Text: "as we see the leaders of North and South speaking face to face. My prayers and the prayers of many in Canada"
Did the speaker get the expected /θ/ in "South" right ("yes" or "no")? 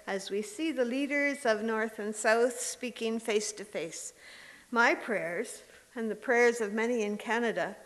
yes